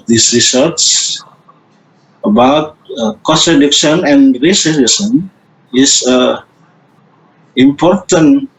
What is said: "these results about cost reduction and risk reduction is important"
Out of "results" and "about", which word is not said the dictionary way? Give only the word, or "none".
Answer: results